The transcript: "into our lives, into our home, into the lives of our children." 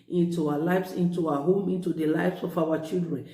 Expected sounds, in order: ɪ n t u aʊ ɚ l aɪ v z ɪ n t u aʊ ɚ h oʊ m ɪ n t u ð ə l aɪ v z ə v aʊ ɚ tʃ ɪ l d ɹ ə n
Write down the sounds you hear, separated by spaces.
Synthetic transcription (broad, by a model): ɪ n t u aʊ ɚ l aɪ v s ɪ n t u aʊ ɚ h oʊ m ɪ n t u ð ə l aɪ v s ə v aʊ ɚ tʃ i l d ɹ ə n